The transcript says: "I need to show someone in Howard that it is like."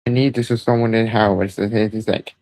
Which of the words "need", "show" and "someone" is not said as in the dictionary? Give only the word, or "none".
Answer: show